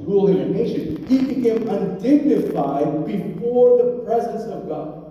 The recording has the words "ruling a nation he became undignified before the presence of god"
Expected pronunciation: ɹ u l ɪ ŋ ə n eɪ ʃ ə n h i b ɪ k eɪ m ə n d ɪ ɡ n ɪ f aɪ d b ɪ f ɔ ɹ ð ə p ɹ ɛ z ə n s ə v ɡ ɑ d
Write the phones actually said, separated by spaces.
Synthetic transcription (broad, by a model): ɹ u l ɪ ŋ ə n eɪ ʃ ə n h i b ɪ k eɪ m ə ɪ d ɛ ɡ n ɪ f aɪ d b ɪ f ɔ ɹ ð ə p ɹ ɛ z ə n s ə v ɡ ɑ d